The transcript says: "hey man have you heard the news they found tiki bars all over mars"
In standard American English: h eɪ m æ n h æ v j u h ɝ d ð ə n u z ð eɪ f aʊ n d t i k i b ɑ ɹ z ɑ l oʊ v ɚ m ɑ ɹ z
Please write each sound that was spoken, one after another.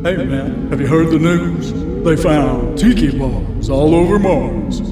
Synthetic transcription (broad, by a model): h eɪ m æ n h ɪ v j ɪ h ɝ d ð ə n u z ð eɪ f aʊ n t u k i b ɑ l z ɑ l oʊ v ɚ m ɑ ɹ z